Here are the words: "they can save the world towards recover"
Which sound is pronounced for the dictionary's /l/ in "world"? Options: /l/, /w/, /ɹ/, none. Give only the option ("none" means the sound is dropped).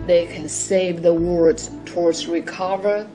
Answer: none